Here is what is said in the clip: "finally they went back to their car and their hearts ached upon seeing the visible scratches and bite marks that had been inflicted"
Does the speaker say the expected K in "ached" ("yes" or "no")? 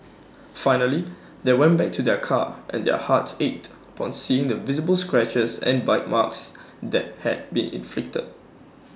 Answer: no